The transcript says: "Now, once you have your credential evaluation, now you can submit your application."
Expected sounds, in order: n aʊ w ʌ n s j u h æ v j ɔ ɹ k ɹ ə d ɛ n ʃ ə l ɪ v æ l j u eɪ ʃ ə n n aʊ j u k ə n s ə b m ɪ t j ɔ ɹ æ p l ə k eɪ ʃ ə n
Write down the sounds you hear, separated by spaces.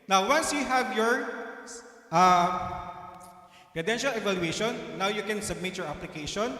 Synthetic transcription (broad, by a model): n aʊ w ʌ n s j u h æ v j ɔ ɹ k ɹ ə d ɛ n ʃ ə l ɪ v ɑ l j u eɪ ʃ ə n n aʊ j u k ə n s ə b m ɪ t j ɔ ɹ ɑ p l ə k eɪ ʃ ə n